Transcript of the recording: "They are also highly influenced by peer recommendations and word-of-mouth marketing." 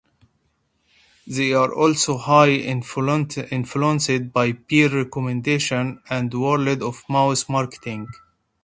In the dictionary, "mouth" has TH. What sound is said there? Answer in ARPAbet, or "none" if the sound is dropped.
S